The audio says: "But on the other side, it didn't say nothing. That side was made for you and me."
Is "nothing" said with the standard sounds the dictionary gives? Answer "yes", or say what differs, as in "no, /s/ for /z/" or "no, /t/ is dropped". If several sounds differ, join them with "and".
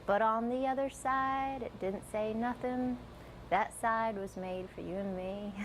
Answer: yes